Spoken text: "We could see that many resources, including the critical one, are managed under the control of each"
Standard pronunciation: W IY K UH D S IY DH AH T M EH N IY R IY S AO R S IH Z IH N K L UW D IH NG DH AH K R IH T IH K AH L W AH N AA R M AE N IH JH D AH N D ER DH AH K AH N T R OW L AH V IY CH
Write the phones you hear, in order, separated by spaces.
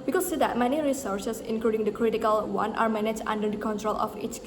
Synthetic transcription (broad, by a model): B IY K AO S IY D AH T M EH N IY R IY S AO R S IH S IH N K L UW D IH NG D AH K R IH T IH K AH L W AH N AA R M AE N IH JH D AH N D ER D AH K AH N T R OW L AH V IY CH